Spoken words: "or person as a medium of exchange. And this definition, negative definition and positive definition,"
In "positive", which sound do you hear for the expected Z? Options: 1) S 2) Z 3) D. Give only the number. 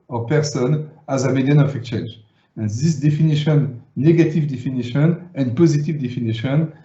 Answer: 2